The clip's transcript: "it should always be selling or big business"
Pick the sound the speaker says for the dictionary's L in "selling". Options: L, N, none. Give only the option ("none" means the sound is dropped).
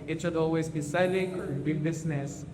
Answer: none